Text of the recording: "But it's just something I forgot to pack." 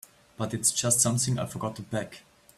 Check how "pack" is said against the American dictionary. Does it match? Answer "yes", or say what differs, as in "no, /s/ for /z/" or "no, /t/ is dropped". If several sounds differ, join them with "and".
no, /b/ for /p/